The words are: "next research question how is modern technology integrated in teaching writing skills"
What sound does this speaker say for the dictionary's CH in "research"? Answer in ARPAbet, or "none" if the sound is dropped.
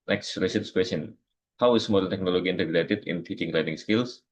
S